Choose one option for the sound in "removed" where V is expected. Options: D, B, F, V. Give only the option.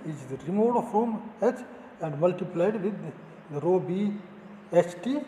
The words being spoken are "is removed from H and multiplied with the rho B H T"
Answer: F